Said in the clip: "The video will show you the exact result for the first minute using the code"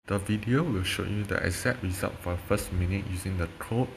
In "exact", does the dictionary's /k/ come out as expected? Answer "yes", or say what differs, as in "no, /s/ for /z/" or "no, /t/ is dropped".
no, /k/ is dropped